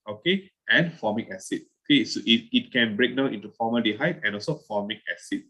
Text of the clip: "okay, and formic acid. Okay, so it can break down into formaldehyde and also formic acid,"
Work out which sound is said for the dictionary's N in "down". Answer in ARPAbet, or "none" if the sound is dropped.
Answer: none